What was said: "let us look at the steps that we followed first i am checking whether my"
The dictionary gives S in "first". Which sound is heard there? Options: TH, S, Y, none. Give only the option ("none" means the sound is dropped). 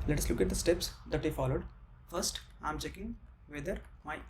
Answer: S